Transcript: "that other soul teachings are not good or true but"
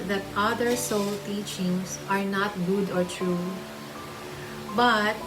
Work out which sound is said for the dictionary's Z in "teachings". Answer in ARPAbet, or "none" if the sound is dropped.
S